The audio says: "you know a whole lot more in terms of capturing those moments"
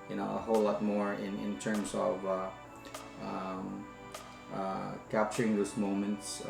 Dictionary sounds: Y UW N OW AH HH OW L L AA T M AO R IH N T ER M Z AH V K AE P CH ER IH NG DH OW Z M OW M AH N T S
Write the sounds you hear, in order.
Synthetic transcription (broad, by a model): Y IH N OW AH HH OW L L AA T M AO R IH N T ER M S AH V K AE P CH ER IH NG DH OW S M OW M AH N T S